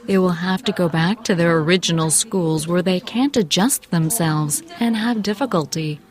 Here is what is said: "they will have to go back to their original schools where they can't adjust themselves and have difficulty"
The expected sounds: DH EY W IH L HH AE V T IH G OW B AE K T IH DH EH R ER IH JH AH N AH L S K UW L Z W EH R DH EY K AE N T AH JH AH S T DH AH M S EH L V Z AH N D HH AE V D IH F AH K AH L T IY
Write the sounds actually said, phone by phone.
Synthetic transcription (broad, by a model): DH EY W IH L HH AE F T IH G OW B AE K T IH DH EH R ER IH JH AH N L S K UW L Z W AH R DH EY K AE N T AH JH AH S T DH AH M S EH L V Z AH N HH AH V D IH F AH K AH L T IY